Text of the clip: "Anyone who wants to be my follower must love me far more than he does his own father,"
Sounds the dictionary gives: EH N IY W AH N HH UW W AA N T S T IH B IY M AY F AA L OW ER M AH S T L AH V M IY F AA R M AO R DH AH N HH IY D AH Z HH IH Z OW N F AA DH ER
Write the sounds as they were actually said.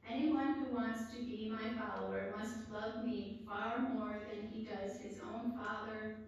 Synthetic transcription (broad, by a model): EH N IY W AH N HH UW W AA N T S T IH B IY M AY F AA L OW ER M AH S T L AH V M IY F AA R M AO R DH AH N IY D AH Z HH IH Z OW N F AA DH ER